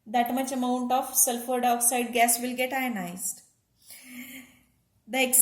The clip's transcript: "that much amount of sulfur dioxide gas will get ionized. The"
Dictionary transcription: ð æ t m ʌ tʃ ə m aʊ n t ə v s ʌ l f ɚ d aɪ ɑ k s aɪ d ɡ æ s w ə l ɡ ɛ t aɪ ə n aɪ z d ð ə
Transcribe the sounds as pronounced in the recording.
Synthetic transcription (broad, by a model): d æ t m ʌ tʃ ə m aʊ n t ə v s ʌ l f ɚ d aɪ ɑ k s aɪ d ɡ æ s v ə l ɡ ɛ t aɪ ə n aɪ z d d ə